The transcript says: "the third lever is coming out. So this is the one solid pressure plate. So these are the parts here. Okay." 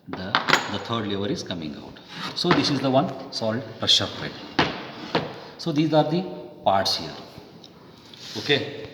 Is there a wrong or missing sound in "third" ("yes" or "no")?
yes